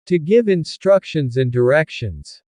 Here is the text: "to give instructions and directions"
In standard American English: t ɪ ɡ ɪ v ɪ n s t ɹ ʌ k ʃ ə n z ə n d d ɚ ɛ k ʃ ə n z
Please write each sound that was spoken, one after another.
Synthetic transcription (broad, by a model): t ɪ ɡ ɪ v ɪ n s t ɹ ʌ k ʃ ə n z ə n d d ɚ ɛ k ʃ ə n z